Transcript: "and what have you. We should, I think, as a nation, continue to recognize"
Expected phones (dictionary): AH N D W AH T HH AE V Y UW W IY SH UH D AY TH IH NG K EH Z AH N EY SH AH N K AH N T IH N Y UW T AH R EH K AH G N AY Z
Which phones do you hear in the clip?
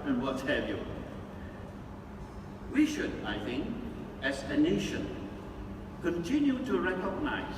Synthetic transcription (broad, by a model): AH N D W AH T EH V Y UW W IY SH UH D AY TH IH NG K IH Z AH N EY SH AH N K AH N T IH N Y UW T AH R EH K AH G N AY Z